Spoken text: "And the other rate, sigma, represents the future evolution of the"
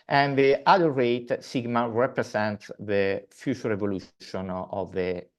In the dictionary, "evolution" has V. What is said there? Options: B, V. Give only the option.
V